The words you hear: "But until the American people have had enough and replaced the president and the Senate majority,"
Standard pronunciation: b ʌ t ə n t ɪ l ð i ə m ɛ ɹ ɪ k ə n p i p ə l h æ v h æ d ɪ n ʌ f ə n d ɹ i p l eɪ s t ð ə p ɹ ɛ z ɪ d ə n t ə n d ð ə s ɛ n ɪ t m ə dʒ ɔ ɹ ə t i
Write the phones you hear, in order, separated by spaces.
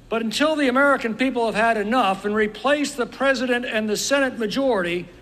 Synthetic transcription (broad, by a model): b ʌ t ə n t ɪ l ð i ə m ɛ ɹ ɪ k ə n p i p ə l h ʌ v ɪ d ɪ n ʌ f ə n ɹ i p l eɪ s ð ə p ɹ ɛ z ɪ d ə n t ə n ð ə s ɛ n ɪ t m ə dʒ ɔ ɹ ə t i